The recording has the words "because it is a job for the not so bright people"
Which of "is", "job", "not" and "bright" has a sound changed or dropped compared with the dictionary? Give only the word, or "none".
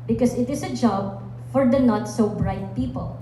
is